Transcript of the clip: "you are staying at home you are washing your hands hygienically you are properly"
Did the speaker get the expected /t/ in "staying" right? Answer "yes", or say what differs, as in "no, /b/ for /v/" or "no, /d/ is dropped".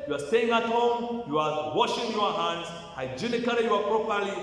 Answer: yes